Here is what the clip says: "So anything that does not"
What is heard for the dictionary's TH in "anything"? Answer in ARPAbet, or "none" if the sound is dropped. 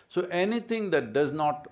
T